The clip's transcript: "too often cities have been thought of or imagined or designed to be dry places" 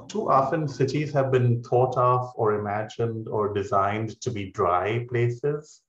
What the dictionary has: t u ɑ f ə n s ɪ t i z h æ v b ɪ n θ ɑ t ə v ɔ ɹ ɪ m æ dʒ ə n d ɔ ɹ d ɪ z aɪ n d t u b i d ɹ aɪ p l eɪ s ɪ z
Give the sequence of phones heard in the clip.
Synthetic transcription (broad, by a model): t u ɑ f ə n s ɪ t i z h æ v b ɪ n t ɑ t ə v ɔ ɹ ɪ m æ dʒ ə n d ɔ ɹ d ɪ z aɪ n d t u b i d ɹ aɪ p l eɪ s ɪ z